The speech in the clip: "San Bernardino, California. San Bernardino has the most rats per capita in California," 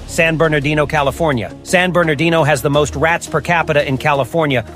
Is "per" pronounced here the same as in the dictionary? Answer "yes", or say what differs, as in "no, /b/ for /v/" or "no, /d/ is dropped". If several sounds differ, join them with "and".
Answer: yes